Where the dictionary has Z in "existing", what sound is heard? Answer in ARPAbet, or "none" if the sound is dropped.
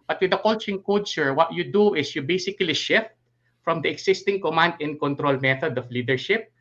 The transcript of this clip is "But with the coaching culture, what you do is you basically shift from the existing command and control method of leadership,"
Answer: S